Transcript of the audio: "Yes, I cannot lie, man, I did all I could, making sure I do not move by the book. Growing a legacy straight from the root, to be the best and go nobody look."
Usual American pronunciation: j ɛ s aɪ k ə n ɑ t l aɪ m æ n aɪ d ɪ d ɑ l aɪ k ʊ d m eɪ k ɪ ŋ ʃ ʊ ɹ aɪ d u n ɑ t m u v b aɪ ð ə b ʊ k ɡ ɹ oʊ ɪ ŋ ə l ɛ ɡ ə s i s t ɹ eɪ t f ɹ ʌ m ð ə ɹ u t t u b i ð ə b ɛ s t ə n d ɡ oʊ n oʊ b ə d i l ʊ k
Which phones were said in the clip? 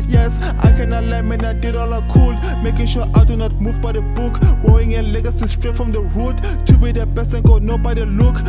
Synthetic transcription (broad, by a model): j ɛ s aɪ k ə n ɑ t l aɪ m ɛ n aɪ d ɪ d ɑ l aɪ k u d m eɪ k ɪ ŋ ʃ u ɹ aɪ d u n ɑ t m u v b aɪ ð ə b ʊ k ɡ oʊ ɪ ŋ ə l ɛ ɡ ə s i s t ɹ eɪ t f ɹ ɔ m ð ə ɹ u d t u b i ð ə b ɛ s ə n ɡ oʊ n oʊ b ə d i l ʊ k